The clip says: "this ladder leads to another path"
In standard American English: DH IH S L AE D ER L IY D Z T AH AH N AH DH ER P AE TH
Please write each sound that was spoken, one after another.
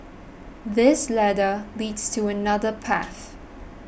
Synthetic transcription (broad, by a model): DH IH S L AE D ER L IY D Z T AH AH N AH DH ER P AE TH